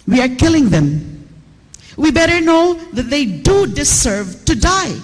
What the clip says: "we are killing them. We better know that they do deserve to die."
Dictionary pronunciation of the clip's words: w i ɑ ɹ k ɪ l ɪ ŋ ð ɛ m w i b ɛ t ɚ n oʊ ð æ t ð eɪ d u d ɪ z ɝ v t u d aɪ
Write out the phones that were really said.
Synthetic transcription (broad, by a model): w i ɑ ɹ k ɪ l ɪ ŋ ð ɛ m w i b ɛ t ɚ n oʊ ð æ t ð eɪ d u d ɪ s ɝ v t u d aɪ